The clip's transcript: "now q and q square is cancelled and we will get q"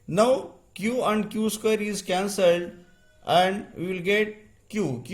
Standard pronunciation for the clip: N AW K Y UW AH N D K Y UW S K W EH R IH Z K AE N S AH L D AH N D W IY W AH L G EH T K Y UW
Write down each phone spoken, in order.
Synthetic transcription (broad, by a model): N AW K Y UW AH N D K Y UW S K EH R IH Z K AE N S AH L D AH N D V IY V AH L G EH T K Y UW